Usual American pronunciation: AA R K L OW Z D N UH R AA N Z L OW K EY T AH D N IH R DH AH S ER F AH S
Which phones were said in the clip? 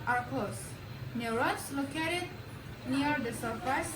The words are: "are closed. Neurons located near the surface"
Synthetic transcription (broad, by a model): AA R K OW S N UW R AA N S L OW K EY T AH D N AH R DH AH S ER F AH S